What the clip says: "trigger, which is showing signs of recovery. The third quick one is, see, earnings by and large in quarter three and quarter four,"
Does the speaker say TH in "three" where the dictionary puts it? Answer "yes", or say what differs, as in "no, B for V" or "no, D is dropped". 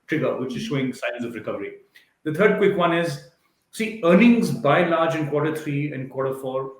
no, T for TH